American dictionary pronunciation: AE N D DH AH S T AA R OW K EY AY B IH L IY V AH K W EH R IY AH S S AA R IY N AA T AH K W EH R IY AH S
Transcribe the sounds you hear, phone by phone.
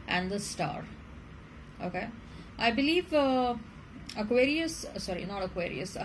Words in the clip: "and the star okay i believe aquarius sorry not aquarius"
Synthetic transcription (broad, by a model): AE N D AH S T AA R OW K EY AY B IH L IY V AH K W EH R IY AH S S AA R IY N AA T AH K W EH R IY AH S